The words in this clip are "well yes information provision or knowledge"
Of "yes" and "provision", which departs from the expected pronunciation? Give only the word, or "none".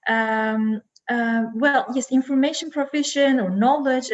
provision